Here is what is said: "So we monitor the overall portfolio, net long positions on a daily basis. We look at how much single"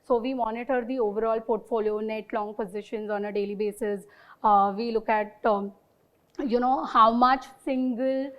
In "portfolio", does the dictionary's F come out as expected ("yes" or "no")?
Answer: yes